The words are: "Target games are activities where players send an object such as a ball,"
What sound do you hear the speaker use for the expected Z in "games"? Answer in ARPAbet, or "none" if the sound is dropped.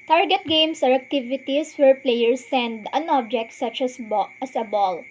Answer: S